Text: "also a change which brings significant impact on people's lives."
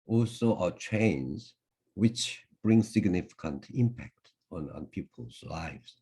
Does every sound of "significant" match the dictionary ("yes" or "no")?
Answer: yes